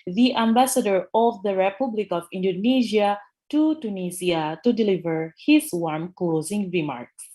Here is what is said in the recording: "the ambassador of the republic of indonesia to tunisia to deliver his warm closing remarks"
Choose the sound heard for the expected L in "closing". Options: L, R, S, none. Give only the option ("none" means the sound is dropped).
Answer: L